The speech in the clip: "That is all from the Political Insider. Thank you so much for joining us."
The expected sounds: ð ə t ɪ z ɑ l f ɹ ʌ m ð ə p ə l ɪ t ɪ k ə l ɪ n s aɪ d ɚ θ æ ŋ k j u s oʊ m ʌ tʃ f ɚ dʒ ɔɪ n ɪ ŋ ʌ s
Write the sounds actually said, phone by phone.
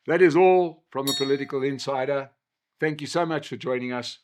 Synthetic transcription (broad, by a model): ð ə t ɪ z ɑ l f ɹ ʌ m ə p ə l ɪ t ɪ k ə l ɪ n s aɪ d ɚ θ æ ŋ k j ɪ s oʊ m ʌ tʃ f ɚ dʒ ɔɪ n ɪ ŋ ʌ s